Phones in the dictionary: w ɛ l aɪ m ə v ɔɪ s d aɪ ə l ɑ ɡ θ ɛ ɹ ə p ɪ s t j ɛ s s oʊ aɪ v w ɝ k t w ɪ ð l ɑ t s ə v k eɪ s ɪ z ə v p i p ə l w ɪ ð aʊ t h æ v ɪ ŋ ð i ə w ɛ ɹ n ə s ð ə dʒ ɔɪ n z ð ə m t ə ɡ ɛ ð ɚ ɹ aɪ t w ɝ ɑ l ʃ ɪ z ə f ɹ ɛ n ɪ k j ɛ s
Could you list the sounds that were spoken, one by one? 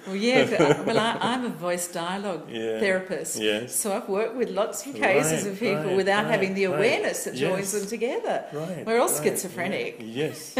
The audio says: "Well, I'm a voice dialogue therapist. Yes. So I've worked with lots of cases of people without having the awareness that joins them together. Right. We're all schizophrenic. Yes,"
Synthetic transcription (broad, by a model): w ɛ l aɪ m ə v ɔɪ s d aɪ ə l ɑ ɡ θ ɛ ɹ ə p ɪ s t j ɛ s s oʊ aɪ v w ɝ k t w ɪ ð l ɑ t s ə v k eɪ s ɪ z ə v p i p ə l w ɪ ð aʊ t h æ v ɪ ŋ ð i ə w ɛ ɹ n ə s ð ə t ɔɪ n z ð ə m t ə ɡ ɛ ð ɚ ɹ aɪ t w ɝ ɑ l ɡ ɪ s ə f ɹ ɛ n ɪ k j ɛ s